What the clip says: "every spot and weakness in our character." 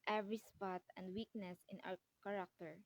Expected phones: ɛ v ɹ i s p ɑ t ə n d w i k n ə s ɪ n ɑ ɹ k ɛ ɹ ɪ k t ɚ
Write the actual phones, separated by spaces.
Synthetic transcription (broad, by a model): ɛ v ɹ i s p ɑ t ə n d w i k n ə s ɪ n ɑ w k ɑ ɹ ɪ k t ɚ